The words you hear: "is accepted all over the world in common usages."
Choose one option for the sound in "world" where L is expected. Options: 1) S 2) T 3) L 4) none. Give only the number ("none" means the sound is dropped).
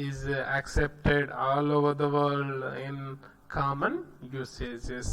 4